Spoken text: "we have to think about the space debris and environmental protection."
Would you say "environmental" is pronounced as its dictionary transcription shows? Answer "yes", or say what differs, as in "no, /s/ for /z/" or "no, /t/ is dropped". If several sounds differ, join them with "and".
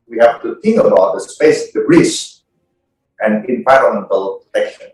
no, /l/ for /ɹ/ and /n/ is dropped